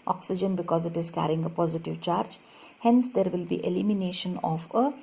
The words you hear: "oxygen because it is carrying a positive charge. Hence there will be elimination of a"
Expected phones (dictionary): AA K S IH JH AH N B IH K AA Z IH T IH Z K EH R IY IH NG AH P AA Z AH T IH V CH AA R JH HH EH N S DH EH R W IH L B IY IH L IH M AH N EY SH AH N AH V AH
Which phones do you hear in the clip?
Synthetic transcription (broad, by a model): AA K S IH JH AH N B IH K AA Z IH T IH Z K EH R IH NG AH P AA Z AH T IH V CH AA R JH HH EH N S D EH R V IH L B IY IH L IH M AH N EY SH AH N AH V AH